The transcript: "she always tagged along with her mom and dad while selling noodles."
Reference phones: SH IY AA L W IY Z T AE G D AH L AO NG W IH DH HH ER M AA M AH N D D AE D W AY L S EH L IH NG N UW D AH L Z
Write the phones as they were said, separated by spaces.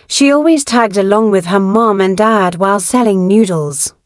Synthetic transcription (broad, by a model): SH IY AA L W IY Z T AE G D AH L AO NG W IH DH ER M AA M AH N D D AE D W AY L S EH L IH NG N UW D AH L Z